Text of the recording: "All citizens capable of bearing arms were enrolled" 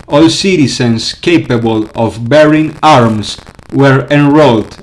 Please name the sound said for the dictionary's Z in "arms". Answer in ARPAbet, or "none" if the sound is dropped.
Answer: S